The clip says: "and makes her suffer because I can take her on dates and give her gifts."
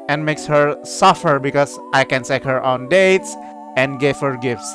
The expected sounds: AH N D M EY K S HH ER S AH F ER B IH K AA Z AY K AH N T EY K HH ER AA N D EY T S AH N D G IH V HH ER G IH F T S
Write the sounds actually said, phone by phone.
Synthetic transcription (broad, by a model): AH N D M EY K S HH ER S AH F ER B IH K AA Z AY K AH N S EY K HH ER AA N D EY T S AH N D G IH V HH ER G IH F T S